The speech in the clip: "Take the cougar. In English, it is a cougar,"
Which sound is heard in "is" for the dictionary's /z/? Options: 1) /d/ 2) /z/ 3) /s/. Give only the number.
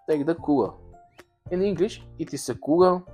3